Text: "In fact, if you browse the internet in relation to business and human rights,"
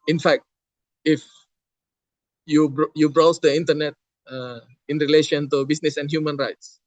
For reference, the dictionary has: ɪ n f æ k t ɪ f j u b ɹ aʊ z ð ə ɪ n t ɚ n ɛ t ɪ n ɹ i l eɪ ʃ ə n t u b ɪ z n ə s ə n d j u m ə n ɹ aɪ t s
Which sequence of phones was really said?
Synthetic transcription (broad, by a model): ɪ n f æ k t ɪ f j u b ɹ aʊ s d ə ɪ n t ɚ n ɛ t ɪ n ɹ i l eɪ ʃ ə n t u b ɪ s n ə s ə n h j u m ə n ɹ aɪ t s